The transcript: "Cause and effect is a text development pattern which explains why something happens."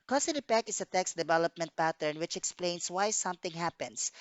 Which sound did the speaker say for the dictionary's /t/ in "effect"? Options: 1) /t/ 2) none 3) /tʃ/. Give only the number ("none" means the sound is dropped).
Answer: 2